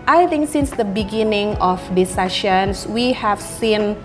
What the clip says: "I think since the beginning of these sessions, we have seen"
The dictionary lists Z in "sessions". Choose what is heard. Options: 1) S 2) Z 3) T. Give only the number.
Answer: 1